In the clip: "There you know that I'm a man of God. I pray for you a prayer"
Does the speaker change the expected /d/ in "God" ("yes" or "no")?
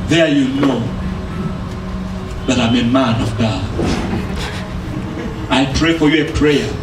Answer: yes